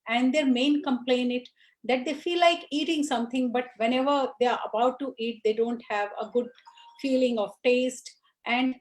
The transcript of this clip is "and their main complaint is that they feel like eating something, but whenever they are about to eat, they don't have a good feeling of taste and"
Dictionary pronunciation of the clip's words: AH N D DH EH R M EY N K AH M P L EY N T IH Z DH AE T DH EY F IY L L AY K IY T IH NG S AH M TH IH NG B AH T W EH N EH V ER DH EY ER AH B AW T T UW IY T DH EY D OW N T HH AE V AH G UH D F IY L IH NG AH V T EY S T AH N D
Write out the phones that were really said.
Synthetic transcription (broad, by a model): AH N D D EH R M EY N K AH M P L EY N IH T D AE T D EY F IY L L AY K IY T IH NG S AH M T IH NG B AH T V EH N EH V ER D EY ER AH B AW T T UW IY T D EY D OW N T HH AE V AH G UH D F IY L IH NG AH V T EY S T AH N D